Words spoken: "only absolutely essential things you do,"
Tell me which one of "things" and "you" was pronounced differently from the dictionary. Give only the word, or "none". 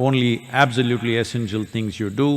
things